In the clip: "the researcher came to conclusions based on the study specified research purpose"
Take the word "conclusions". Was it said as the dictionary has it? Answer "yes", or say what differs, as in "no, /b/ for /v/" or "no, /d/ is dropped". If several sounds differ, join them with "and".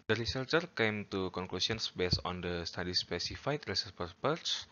no, /s/ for /ʒ/ and /s/ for /z/